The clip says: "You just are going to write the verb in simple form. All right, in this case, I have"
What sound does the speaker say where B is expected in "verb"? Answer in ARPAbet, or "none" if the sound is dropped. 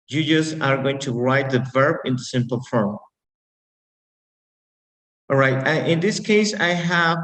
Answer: B